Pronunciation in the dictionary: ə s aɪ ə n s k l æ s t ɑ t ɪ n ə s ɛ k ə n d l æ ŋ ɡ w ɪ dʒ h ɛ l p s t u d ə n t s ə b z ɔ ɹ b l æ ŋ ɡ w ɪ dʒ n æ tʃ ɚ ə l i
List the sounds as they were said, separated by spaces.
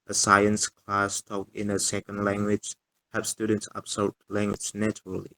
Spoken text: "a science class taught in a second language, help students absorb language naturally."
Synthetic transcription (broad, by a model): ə s aɪ ə n s k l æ s t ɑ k ɪ n ə s ɛ k ə n d l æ ŋ ɡ w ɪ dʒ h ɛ p s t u d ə n t s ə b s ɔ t l æ ŋ ɡ w ɪ dʒ n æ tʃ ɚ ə l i